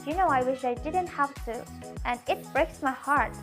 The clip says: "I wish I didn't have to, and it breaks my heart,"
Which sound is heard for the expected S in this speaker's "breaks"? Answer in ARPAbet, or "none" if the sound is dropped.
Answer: S